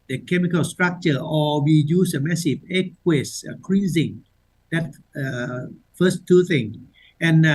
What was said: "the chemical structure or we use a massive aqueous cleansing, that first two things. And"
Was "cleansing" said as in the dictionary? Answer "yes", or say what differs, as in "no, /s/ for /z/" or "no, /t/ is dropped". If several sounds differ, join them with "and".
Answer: no, /n/ is dropped